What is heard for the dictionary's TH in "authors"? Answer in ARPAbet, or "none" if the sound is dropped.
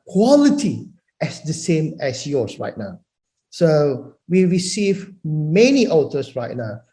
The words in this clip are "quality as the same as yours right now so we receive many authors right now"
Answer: T